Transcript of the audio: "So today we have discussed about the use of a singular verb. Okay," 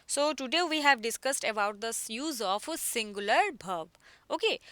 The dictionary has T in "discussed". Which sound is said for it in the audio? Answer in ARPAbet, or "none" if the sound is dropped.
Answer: T